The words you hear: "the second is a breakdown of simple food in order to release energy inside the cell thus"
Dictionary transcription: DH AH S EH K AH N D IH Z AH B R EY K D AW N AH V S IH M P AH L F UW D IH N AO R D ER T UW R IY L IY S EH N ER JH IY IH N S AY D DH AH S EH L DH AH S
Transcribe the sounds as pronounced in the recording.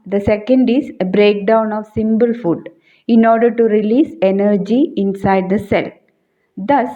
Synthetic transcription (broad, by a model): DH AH S EH K AH N D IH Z AH B R EY K D AW N AH V S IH M B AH L F UW D IH N AO R D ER T UW R IY L IY S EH N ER JH IY IH N S AY D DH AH S EH L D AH S